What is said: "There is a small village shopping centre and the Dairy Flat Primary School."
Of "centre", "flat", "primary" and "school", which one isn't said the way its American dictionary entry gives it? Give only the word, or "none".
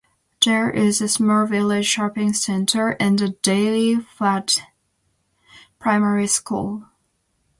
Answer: flat